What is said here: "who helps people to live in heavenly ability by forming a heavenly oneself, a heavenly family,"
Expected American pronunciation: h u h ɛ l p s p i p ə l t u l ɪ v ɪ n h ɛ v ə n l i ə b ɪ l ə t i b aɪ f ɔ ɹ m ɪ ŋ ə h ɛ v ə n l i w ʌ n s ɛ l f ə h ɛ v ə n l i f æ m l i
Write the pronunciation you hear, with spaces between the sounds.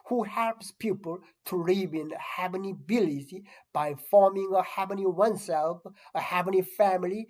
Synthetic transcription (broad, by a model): h u h ɛ l p s p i p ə l t u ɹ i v ɪ n h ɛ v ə n i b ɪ l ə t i b aɪ f ɔ ɹ m ɪ ŋ ə h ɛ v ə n i w ʌ n s ɛ l f ə h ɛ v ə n i f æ m l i